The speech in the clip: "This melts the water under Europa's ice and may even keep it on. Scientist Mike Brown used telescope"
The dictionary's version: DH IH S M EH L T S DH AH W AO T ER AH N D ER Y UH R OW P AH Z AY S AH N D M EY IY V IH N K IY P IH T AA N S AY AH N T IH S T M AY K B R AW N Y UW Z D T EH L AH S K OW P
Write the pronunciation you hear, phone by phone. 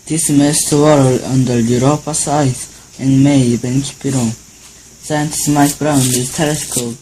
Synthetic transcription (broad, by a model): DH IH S M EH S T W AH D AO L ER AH N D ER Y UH R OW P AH S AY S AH N M EY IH B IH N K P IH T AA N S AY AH N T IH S M AY K B R AW N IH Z T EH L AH S K OW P